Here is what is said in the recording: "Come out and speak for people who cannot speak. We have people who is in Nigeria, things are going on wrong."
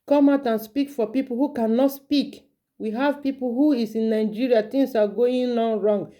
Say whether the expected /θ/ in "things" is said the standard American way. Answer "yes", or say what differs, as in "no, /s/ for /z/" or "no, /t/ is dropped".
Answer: no, /t/ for /θ/